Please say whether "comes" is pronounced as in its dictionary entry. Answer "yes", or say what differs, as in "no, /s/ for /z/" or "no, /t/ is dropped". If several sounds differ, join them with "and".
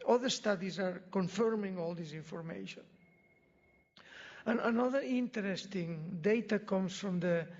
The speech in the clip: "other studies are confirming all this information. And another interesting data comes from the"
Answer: no, /s/ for /z/